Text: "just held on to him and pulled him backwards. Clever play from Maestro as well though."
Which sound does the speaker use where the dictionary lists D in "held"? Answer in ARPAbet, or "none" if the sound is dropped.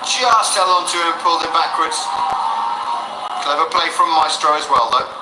none